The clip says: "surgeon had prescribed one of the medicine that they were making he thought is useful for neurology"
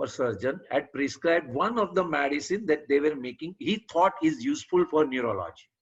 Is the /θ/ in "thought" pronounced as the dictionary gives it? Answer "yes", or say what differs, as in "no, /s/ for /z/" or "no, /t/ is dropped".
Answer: no, /t/ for /θ/